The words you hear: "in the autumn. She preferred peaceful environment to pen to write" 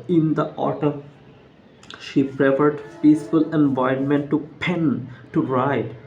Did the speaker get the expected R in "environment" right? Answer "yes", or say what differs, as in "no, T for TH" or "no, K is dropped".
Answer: no, R is dropped